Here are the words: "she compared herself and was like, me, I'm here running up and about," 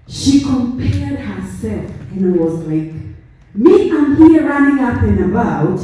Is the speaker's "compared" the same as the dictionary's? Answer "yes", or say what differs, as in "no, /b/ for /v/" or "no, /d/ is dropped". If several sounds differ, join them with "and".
yes